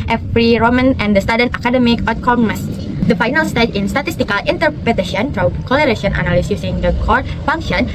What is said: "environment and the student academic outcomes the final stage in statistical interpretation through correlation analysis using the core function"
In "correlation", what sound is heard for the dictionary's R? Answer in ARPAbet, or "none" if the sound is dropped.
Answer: L